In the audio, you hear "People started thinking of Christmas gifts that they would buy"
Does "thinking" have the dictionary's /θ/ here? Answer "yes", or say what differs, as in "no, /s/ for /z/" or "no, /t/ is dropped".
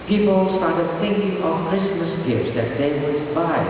yes